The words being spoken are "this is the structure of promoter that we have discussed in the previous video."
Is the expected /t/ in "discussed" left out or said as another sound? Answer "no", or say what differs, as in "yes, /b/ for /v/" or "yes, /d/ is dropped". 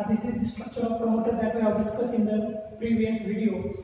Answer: yes, /t/ is dropped